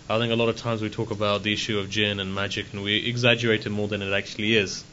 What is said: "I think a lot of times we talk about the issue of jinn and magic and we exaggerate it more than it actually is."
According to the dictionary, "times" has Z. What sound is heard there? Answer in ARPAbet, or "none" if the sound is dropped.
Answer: Z